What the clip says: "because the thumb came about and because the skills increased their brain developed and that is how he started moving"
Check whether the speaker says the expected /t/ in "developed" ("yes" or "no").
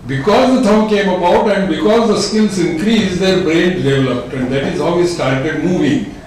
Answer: yes